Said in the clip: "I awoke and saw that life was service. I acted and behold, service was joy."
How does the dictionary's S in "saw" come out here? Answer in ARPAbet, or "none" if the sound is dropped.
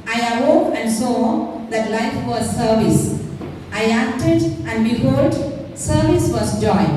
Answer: S